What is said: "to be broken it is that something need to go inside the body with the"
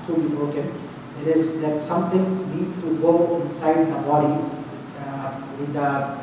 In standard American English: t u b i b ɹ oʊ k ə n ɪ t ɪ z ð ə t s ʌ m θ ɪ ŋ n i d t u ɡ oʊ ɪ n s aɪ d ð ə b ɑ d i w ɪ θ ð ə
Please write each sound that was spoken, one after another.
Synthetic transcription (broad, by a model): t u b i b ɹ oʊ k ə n ɪ t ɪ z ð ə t s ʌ m t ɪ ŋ n i d t u ɡ oʊ ɪ n s aɪ d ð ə b ɑ d i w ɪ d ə